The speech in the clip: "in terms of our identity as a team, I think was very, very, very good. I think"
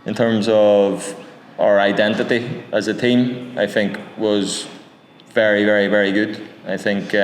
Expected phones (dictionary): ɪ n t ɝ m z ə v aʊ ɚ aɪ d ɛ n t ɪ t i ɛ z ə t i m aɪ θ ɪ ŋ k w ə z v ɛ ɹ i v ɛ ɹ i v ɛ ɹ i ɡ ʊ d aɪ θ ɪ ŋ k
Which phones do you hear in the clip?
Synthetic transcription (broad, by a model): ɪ n t ɝ m z ə v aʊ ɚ aɪ d ɛ n t ɪ t i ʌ z ə t i m aɪ θ ɪ ŋ k w ə z v ɛ ɹ i v ɛ ɹ i v ɛ ɹ i ɡ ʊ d aɪ θ ɪ ŋ k